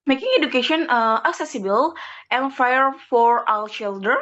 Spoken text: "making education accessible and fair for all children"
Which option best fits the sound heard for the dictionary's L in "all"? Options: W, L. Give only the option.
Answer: W